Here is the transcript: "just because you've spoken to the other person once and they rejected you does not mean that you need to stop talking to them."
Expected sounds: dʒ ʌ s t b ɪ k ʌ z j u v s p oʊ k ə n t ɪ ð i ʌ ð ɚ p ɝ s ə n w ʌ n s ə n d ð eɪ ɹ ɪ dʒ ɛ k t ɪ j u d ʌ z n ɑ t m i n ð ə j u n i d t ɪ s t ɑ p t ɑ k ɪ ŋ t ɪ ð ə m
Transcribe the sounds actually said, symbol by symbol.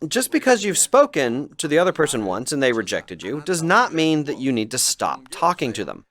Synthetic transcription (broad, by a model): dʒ ʌ s b ɪ k ʌ z j u v s p oʊ k ə n t ɪ ð i ʌ ð ɚ p ɝ s ə n w ʌ n s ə n ð eɪ ɹ ɪ dʒ ɛ k t ɪ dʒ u d ʌ z n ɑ t m i n ð ə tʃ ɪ n i d t ɪ s t ɑ p t ɑ k ɪ ŋ t ɪ ð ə m